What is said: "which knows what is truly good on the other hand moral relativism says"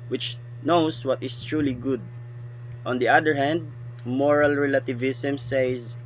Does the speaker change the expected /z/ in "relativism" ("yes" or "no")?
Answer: yes